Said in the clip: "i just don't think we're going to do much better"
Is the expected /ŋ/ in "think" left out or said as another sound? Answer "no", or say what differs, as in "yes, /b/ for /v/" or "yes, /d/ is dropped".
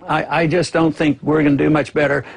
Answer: no